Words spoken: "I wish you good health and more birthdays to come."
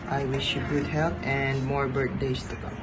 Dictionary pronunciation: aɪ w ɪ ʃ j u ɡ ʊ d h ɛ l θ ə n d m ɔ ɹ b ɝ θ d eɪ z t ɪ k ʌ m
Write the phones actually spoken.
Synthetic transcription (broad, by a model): aɪ w ɪ ʃ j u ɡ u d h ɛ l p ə n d m ɔ ɹ b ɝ t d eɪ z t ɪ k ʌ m